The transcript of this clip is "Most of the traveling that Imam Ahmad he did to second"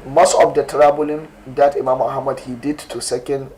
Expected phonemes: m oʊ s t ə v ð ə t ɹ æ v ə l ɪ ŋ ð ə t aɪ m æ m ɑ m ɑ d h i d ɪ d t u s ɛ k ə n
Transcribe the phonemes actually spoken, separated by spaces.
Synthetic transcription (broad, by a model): m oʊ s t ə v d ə t ɹ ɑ b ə l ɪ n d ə t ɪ m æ m ɑ m ɑ d h i d ɪ d t u s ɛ k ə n